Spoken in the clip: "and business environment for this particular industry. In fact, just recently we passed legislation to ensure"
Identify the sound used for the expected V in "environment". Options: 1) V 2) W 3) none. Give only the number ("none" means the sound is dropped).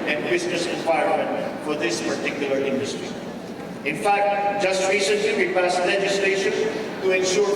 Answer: 2